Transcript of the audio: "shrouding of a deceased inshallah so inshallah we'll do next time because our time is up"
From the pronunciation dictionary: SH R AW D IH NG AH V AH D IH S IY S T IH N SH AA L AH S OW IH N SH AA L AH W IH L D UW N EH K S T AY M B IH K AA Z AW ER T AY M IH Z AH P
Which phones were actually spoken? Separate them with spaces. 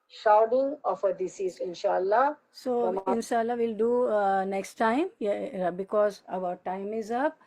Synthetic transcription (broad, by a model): SH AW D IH NG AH F AH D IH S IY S IH N SH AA L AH S OW IH N SH AA L AH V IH L D UW N EH K S T AY M B IH K AA Z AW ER T AY M IH Z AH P